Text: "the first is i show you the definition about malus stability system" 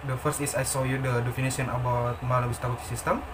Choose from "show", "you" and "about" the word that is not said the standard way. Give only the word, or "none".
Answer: show